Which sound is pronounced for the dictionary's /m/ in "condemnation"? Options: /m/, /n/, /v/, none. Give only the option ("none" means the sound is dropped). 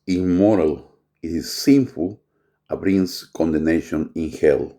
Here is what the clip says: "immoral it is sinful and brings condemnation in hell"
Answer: none